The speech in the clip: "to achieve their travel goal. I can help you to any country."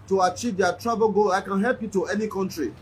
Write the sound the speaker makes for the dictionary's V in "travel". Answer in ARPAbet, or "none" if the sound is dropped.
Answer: B